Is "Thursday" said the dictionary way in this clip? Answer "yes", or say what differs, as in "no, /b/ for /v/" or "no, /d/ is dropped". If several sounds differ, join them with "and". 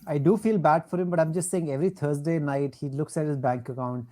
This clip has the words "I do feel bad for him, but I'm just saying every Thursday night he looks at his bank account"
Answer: no, /t/ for /θ/